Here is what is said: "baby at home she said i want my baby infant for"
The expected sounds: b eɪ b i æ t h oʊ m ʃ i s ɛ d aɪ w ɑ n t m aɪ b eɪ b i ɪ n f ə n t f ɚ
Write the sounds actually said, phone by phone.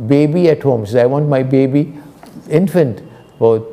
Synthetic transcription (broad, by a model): b eɪ b i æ t h oʊ m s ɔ aɪ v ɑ n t m aɪ b eɪ b i ɪ n f ə n t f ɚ